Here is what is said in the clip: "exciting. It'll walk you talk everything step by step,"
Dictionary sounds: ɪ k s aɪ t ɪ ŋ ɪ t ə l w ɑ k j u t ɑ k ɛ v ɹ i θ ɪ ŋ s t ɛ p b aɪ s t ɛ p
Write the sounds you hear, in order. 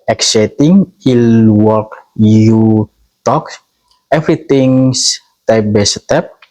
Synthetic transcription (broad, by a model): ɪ k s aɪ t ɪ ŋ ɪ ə l w ɑ k j u t ɑ k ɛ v ɹ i t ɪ ŋ s t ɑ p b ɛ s t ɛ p